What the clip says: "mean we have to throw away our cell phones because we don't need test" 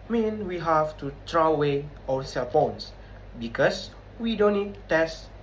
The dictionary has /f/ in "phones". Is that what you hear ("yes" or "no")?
no